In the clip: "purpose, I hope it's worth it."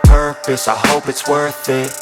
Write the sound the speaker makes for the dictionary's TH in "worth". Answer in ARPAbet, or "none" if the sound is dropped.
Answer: TH